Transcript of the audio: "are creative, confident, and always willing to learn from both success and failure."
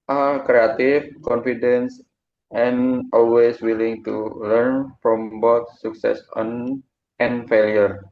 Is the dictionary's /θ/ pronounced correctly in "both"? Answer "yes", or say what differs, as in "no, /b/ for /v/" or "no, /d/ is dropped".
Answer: no, /t/ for /θ/